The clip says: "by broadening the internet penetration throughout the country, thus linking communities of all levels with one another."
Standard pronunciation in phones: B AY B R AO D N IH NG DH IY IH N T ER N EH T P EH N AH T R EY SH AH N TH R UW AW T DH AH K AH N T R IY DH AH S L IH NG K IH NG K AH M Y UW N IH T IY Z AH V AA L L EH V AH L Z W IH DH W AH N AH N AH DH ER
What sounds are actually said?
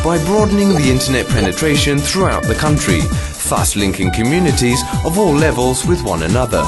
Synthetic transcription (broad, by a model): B AY B R AO D N IH NG DH IY IH N T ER N EH T P EH N AH T R EY SH AH N TH R UW AW T DH AH K AH N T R IY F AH S L IH NG K IH NG K AH M Y UW N IH T IY Z AH V AA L L EH V AH L Z W IH DH W AH N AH N AH DH ER